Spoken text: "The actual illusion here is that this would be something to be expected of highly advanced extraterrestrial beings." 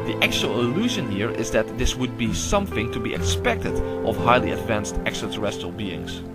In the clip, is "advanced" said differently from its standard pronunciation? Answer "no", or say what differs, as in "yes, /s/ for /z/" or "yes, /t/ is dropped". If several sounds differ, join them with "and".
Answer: no